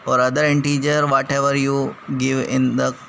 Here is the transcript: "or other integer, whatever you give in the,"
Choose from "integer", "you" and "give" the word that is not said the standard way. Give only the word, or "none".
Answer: none